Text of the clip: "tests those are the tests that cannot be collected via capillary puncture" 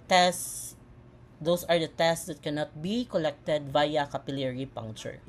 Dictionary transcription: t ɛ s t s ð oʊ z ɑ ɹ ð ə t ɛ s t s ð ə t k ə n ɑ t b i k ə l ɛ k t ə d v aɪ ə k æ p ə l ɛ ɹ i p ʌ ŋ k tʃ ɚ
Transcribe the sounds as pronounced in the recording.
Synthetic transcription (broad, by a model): t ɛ s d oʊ s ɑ ɹ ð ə t ɛ s t s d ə t k ə n ɑ t b i k ə l ɛ k t ə d v aɪ ə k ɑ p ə l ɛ ɹ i p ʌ ŋ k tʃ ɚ